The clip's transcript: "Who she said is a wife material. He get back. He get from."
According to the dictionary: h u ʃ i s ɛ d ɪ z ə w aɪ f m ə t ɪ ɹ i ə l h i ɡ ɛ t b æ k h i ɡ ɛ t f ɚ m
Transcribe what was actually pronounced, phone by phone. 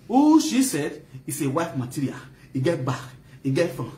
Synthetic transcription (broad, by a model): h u ʃ i s ɛ d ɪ s ə w aɪ f m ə t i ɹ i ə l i ɡ ɛ t b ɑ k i ɡ ɛ t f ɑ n